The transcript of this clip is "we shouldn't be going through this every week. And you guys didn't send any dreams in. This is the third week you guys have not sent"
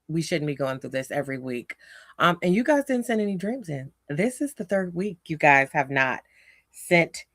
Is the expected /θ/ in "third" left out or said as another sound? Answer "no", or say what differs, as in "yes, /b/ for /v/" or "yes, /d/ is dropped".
no